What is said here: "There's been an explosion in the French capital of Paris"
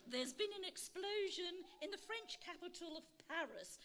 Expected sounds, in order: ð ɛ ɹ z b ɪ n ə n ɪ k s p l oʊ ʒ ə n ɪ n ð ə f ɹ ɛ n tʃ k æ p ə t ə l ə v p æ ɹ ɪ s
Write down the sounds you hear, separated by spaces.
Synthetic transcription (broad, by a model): ð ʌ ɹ z b ɪ n ə n ɪ k s p l oʊ ʒ ə n ɪ n ð ə f ɹ ɛ n tʃ k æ p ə t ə l ə v p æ ɹ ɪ s